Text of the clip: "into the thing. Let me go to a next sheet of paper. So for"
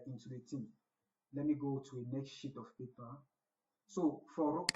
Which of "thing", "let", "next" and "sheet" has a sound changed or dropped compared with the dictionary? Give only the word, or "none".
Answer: thing